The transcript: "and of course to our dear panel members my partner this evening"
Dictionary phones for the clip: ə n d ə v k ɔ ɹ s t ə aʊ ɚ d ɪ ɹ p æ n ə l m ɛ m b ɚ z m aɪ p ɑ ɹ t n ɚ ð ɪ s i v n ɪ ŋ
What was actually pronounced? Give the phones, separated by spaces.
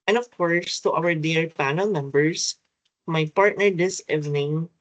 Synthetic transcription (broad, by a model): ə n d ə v k ɔ ɹ s t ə aʊ ɚ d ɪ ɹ p æ n ə l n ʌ m b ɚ s m aɪ p ɑ ɹ t n ɚ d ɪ s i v n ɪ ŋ